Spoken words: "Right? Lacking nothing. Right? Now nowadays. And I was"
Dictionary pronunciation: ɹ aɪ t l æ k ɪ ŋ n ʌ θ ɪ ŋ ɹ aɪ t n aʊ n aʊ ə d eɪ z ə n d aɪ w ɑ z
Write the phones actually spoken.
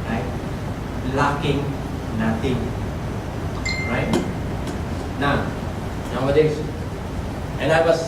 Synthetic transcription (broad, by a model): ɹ aɪ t l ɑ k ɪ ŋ n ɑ t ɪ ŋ ɹ aɪ t n aʊ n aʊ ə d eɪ s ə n aɪ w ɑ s